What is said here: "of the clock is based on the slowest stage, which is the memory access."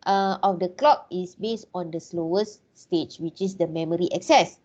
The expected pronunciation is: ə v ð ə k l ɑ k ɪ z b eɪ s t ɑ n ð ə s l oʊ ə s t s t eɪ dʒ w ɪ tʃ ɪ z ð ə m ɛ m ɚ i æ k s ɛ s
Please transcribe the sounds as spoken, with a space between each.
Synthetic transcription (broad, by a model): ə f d ə k l ɑ k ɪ s b eɪ s t ɑ n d ə s l oʊ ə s s t eɪ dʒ w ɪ tʃ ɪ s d ə m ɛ m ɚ i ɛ k s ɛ s